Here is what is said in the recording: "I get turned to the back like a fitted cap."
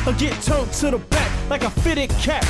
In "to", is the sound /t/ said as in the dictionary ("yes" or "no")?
no